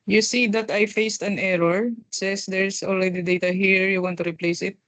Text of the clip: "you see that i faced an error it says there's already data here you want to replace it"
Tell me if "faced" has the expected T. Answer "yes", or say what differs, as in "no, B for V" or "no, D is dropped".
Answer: yes